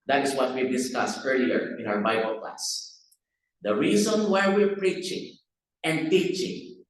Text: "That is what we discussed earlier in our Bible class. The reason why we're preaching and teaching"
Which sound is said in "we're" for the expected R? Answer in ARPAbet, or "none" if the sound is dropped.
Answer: R